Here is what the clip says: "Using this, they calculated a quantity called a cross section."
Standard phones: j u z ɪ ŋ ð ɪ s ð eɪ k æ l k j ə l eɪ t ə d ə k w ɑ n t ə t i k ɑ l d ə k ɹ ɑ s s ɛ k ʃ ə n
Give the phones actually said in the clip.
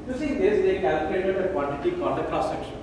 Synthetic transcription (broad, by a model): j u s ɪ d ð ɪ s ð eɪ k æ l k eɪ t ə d ə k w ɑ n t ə t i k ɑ n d ə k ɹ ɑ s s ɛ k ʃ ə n